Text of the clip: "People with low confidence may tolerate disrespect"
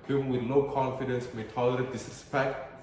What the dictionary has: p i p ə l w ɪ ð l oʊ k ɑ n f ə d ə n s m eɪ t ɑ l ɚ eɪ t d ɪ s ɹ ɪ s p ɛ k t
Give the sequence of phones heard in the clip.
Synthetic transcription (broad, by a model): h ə w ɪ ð n oʊ k ɑ n f ə d ə n s m eɪ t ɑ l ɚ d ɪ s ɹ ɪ s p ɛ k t